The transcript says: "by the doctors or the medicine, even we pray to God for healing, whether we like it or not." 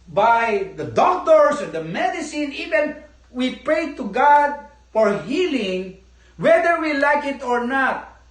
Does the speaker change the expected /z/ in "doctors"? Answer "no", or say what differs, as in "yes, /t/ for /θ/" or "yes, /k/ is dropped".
yes, /s/ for /z/